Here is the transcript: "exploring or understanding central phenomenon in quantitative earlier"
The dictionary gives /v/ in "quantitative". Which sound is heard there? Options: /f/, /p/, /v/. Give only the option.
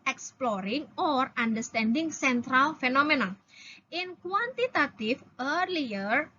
/f/